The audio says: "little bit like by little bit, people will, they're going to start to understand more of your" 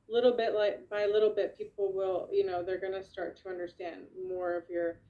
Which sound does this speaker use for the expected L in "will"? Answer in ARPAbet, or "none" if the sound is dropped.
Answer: N